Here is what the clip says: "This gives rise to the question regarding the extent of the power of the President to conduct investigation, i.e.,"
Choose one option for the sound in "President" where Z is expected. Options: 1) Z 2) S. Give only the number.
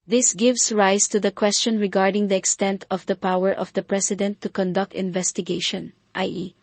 2